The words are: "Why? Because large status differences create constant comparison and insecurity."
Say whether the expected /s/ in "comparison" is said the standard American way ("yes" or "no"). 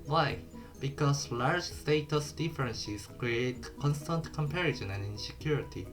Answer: no